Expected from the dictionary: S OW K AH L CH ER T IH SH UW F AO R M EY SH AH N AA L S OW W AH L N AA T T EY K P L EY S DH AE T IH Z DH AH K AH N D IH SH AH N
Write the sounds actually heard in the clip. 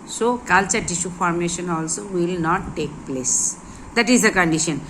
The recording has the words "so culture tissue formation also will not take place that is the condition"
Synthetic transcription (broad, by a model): S OW K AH L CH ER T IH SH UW F AO R M EY SH AH N AA L S OW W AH L N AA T T EY K P L EY S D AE T IH Z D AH K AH N D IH SH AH N